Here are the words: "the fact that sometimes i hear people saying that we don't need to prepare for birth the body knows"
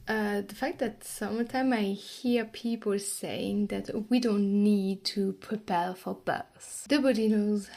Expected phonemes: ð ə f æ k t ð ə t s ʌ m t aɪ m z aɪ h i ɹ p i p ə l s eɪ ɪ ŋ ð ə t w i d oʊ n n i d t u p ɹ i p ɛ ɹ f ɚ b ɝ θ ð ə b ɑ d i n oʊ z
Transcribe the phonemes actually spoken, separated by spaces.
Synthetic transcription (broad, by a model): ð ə f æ k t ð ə t s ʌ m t aɪ m aɪ h i ɹ p i p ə l s eɪ ɪ ŋ ð ə t w i d oʊ n n i d t u p ɹ i p ɛ ɹ f ɚ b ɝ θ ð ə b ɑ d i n oʊ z